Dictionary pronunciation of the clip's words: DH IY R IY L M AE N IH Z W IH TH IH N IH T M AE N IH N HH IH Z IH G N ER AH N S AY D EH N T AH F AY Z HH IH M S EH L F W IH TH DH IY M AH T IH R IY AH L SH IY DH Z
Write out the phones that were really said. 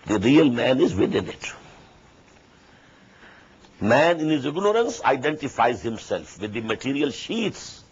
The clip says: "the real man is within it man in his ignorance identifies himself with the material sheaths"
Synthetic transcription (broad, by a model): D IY R IY L M AE N IH Z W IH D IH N IH T M AE N IH N HH IH Z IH G N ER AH N S AY D EH N T AH F AY Z HH IH M S EH L F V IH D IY M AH T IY R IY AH L SH IY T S